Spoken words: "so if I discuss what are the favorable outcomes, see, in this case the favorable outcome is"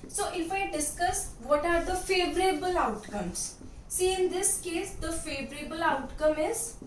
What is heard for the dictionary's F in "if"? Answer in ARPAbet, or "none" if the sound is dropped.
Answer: F